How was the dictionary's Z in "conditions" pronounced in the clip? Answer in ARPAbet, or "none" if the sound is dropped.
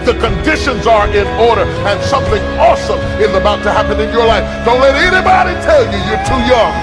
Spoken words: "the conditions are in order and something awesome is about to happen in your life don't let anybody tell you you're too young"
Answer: Z